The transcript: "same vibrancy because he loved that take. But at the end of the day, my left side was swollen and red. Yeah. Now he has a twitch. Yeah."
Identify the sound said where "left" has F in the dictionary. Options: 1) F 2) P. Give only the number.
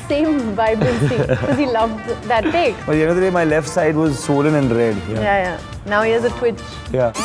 1